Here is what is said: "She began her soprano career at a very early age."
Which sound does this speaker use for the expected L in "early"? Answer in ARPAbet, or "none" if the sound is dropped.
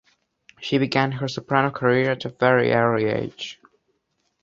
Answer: none